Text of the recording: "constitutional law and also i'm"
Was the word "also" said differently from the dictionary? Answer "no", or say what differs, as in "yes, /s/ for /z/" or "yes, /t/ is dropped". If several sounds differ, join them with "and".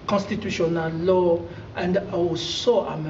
yes, /w/ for /l/